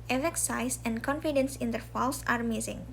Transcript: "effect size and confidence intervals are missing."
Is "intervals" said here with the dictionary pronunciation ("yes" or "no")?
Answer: no